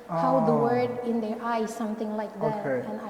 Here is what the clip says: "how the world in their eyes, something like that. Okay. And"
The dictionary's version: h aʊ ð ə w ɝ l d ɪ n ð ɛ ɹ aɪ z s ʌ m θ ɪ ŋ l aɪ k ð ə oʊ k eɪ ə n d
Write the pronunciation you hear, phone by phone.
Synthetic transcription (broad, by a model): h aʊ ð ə w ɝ d ɪ n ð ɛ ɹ aɪ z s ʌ m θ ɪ ŋ l aɪ k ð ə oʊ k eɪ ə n